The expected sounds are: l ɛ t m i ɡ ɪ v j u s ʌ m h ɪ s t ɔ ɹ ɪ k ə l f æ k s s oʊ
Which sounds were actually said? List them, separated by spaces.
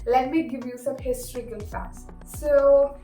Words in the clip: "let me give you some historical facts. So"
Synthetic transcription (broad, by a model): l ɛ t m i ɡ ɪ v j u s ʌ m h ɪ s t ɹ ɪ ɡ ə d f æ s s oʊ